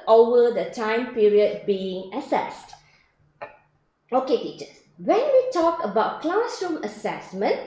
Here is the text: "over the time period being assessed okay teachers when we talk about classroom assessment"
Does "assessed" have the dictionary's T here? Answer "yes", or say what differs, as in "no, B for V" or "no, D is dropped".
yes